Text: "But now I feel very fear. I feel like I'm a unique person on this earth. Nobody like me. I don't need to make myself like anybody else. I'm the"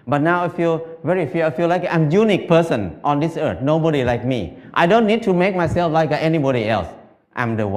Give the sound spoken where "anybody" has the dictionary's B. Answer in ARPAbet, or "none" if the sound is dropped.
B